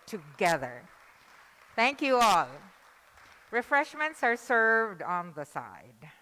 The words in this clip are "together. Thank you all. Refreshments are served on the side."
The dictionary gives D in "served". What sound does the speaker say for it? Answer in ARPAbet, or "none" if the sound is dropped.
D